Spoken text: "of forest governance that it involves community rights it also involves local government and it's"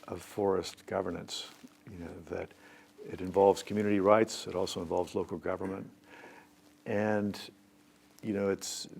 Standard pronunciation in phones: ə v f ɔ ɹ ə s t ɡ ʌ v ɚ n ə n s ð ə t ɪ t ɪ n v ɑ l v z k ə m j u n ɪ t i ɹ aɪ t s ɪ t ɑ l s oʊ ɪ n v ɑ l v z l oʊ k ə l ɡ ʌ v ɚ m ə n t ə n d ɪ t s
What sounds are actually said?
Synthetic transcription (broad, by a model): ə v f ɔ ɹ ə s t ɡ ʌ v ɚ n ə n s ð ə t ɪ t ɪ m v ɑ l v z k m j u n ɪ t i ɹ aɪ t s ɪ t ɑ l s oʊ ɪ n v ɑ l v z l oʊ k l ɡ ʌ v ɚ m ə n t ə n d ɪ t s